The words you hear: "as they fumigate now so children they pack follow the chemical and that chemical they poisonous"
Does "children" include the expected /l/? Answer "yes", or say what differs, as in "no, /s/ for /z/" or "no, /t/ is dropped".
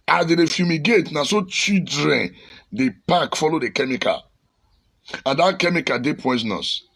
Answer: no, /l/ is dropped